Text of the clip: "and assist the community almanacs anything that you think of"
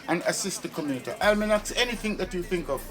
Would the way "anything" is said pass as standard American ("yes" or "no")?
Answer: yes